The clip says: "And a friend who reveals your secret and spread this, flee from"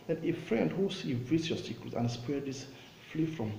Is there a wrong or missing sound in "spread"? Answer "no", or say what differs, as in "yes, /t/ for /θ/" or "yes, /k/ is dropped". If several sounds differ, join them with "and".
yes, /ɹ/ is dropped